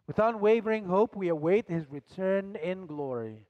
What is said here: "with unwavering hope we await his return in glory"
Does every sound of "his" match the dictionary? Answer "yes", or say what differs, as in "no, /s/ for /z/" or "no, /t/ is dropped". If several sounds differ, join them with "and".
yes